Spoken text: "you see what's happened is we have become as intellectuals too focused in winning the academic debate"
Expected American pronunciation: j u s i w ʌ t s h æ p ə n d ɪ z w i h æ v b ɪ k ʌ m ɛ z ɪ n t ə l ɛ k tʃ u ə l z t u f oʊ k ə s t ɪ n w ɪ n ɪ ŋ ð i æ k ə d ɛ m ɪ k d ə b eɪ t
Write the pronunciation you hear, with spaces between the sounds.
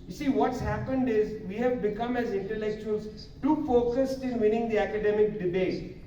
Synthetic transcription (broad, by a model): j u s i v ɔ t s h æ p ə n d ɪ z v i h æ v b ɪ k ʌ m ɛ z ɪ n t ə l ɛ k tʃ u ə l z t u f oʊ k ə s t ɪ n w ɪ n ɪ ŋ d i æ k ə d ɛ m ɪ k d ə b eɪ t